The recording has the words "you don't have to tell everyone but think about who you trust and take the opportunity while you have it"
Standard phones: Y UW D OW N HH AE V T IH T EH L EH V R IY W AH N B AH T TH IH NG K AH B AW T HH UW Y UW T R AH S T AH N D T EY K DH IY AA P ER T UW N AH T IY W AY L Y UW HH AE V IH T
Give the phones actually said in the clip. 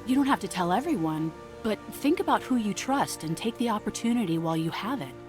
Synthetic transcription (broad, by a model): Y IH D OW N HH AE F T IH T EH L EH V R IY W AH N B AH T TH IH NG K AH B AW T HH UW Y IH T R AH S T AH N T EY K DH IY AA P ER T UW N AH T IY W AY L Y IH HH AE V IH T